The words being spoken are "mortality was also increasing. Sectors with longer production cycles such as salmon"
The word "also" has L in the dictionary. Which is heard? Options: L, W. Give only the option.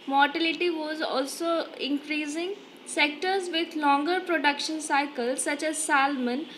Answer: L